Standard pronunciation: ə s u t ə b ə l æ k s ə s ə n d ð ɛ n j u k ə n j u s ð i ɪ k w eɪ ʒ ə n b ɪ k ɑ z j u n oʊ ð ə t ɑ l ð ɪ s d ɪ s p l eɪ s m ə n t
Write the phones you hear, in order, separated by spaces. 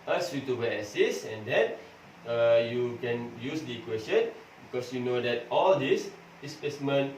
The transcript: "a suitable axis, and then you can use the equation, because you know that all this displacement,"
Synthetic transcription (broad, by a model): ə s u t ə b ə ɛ s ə s ə n d ɛ n j u k ə n j u s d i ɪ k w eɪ s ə n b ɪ k ɑ s j u n oʊ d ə t ɑ l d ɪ s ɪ s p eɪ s m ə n